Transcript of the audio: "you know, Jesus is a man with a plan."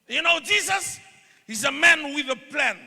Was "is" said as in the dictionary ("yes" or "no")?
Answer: yes